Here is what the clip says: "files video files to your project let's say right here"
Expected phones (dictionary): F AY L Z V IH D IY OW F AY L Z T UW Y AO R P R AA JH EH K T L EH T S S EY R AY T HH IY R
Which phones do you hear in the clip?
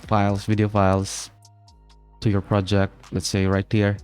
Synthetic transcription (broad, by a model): F AY L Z V IH D IY OW F AY L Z T UW Y AO R P R AA JH EH K T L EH T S S EY R AY T HH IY R